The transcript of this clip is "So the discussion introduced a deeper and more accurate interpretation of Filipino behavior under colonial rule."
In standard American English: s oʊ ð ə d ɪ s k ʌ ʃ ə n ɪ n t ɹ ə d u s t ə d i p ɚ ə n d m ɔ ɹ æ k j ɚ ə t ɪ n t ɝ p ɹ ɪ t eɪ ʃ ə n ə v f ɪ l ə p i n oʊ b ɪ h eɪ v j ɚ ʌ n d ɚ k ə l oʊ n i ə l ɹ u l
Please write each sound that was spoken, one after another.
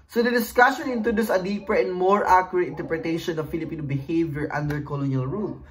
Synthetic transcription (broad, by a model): s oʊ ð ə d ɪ s k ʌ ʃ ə n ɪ n t ɹ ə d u s ə d i p ɚ ə n d m ɔ ɹ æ k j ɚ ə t ɪ n t ɝ p ɹ ɪ t eɪ ʃ ə n ə v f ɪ l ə p i n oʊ b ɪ h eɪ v j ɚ ʌ n d ɚ k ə l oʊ n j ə l ɹ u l